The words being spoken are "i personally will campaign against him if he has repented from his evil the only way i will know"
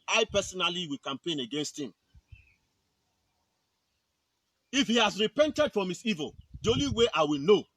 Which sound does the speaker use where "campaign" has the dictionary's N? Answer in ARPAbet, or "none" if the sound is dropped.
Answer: N